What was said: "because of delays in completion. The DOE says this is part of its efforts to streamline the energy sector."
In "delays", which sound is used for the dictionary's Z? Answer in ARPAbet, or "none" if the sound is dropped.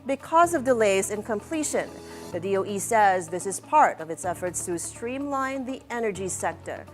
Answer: Z